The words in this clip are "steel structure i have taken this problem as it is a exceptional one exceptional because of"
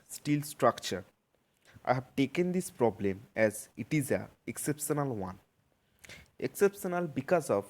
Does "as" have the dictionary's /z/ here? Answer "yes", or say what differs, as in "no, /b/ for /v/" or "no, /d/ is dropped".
yes